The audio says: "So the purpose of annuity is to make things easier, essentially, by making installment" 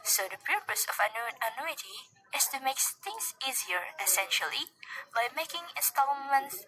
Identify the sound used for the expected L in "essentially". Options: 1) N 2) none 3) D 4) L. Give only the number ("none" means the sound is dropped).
4